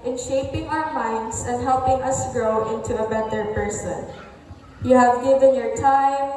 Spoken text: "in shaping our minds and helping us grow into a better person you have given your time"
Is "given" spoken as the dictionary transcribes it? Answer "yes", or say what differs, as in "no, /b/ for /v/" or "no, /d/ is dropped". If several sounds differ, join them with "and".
yes